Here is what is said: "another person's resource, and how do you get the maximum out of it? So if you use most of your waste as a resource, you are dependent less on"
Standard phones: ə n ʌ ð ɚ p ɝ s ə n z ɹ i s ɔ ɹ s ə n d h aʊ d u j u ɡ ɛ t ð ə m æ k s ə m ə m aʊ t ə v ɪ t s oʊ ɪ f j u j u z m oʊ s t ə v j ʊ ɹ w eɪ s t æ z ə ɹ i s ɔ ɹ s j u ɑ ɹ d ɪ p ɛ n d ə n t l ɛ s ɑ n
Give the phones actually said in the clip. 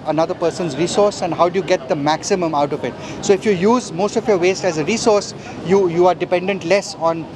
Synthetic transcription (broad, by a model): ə n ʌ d ɚ p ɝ s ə n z ɹ i s ɔ ɹ s ə n d h aʊ d u j u ɡ ɛ t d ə m æ k s ə m ə m aʊ t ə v ɪ t s oʊ ɪ f j u j u z m oʊ s t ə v j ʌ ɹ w eɪ s t æ z ə ɹ i s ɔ ɹ s j u ɑ ɹ d ɪ p ɛ n d ə n t l ɛ s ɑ n